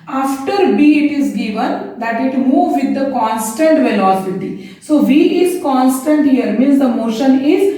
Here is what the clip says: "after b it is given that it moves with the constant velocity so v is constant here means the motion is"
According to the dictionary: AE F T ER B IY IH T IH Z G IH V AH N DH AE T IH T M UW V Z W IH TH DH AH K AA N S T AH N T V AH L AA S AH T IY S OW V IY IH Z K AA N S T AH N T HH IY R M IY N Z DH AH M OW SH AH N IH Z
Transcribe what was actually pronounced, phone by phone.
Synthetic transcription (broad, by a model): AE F T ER B IY IH T IH Z G IH V AH N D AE T IH T M UW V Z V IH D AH K AA N S T AH N T V AH L AA S AH T IY S OW V IY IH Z K AA N S T AH N T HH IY R M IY N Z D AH M OW SH AH N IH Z